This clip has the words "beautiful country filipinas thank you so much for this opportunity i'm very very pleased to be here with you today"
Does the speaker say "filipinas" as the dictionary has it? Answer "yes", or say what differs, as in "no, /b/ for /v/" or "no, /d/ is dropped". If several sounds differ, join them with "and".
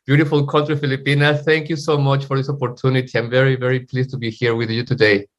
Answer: no, /z/ is dropped